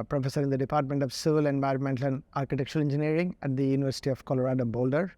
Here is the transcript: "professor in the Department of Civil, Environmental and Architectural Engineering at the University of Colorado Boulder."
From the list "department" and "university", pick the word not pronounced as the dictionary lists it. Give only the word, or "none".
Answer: none